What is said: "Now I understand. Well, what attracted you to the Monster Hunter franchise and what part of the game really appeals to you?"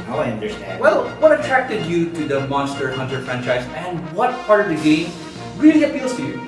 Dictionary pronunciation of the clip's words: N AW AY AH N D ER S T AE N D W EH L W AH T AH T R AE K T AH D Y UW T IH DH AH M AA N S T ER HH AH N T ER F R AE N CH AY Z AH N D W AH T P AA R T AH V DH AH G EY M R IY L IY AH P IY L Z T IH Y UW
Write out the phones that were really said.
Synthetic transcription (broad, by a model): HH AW AY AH N D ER S T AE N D W EH L W AH T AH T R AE K T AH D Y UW T IH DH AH M AA N S T ER HH AH N T ER F R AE N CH AY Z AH N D W AH T P AA R T AH V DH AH G EY M R IY L IY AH F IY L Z T IH Y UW